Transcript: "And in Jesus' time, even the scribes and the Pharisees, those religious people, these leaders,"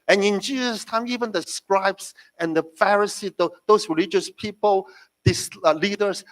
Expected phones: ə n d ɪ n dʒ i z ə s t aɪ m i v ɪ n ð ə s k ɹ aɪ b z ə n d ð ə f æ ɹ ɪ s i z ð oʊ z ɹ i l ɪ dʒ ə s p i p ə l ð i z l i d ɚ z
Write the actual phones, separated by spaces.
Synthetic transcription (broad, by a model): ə n ɪ n dʒ i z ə s t aɪ m i v ɪ n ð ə s k ɹ aɪ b s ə n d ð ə f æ ɹ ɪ s i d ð oʊ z ɹ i l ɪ dʒ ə s p i p ə l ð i s l i d ɚ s